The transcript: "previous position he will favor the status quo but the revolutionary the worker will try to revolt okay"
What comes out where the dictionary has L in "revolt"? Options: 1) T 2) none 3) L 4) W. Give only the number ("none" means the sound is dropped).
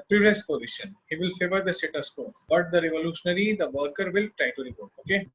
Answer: 2